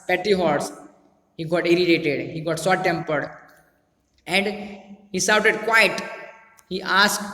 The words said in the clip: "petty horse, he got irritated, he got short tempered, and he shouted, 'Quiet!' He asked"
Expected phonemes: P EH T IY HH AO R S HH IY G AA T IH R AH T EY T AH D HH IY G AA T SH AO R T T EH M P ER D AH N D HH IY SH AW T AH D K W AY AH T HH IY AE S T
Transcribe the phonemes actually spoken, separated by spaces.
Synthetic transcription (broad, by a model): P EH T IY HH AO R S HH IY G AA T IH R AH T EY T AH D HH IY G AA T S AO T T EH M P ER D AH N D HH IY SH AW T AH D K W AY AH T HH IY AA S